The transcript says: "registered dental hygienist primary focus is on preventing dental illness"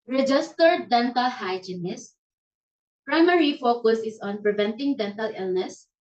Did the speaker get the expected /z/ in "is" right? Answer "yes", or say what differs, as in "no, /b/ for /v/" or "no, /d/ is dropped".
no, /s/ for /z/